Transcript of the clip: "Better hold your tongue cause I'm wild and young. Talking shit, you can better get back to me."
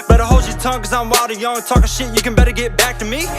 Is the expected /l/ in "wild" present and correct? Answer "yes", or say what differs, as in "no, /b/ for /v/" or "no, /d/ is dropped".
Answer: no, /l/ is dropped